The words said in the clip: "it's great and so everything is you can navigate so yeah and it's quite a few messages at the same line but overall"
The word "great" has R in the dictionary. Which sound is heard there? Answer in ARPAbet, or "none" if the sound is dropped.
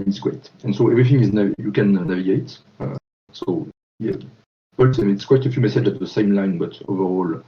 W